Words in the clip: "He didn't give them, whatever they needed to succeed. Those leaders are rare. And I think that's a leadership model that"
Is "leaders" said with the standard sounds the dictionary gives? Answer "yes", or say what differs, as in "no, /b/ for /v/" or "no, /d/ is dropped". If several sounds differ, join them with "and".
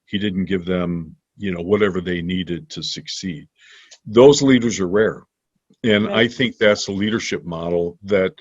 yes